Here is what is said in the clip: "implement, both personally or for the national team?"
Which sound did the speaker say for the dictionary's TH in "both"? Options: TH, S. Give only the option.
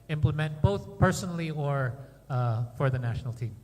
TH